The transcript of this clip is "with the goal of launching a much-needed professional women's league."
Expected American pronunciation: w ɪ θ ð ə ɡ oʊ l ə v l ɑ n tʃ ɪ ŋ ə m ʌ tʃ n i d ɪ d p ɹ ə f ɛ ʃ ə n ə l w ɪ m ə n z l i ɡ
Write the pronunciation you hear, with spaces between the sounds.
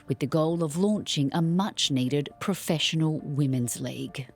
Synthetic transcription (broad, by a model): w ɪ ð ə ɡ oʊ l ə v l ɑ n tʃ ɪ ŋ ə m ʌ tʃ n i d ɪ d p ɹ ə f ɛ ʃ ə n ə l w ɪ m ə n z l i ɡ